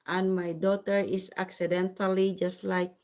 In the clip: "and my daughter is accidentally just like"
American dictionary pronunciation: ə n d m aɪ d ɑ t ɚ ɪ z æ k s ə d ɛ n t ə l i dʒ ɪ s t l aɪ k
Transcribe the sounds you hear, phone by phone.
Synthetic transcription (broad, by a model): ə n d m aɪ d ɑ t ɚ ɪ s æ k s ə d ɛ n t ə l i dʒ ɪ s t l aɪ k